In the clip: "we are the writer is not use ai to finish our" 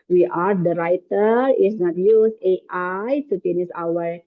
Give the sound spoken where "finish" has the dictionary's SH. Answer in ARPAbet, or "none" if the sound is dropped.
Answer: S